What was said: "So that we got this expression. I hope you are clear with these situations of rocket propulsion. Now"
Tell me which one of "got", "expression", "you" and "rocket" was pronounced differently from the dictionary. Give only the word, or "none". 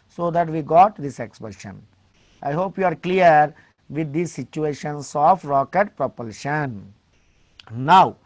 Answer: expression